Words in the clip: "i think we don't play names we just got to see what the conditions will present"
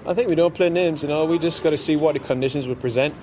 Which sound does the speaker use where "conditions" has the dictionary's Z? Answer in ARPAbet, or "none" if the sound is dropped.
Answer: Z